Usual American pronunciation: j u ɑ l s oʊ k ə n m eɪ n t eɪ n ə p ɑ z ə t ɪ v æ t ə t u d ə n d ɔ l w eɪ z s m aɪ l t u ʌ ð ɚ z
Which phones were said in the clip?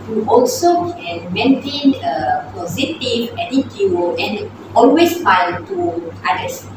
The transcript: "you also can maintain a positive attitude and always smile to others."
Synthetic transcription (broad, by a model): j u ɑ l s oʊ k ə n m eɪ n t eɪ n ə p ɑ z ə t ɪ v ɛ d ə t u ə n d ɔ l w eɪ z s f aɪ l t u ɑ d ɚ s